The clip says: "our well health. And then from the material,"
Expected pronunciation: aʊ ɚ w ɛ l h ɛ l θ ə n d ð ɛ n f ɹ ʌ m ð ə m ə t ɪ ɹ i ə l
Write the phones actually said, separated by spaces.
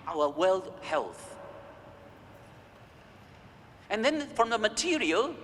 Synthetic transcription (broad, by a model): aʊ ɚ w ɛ l h ɛ l θ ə n ð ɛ n f ɹ ʌ m ð ə m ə t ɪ ɹ i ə l